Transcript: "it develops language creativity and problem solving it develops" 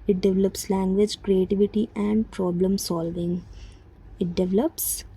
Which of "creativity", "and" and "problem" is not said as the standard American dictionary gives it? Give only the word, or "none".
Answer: none